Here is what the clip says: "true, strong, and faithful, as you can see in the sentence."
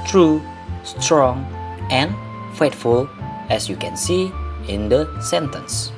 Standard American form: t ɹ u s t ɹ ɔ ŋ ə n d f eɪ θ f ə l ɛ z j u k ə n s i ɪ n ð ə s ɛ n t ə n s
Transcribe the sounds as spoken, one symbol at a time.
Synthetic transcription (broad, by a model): t ɹ u s t ɹ ɔ ŋ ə n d f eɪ t f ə l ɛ s j u k ə n s i ɪ n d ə s ɛ n t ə n s